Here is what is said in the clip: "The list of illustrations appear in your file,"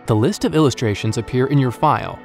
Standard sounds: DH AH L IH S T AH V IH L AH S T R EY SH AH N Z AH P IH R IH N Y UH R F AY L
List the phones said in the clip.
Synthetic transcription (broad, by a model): DH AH L IH S T AH V IH L AH S T R EY SH AH N Z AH P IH R IH N Y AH R F AY L